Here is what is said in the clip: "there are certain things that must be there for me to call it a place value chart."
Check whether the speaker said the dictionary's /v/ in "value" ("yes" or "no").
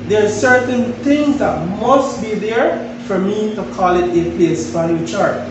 no